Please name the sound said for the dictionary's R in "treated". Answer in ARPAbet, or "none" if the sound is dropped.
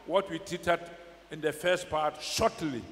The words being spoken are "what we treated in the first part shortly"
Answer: none